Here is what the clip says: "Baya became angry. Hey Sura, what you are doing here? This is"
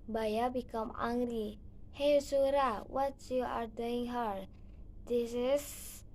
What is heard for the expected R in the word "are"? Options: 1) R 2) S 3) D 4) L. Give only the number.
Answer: 1